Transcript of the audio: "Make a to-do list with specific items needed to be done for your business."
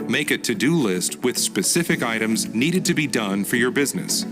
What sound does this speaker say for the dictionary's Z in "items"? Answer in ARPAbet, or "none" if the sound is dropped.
Z